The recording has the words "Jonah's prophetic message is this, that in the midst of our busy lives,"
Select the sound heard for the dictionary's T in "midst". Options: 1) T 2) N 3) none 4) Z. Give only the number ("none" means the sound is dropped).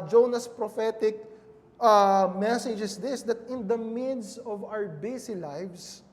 3